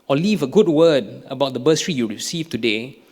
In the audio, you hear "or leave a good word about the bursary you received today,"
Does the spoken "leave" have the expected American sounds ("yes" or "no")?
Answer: yes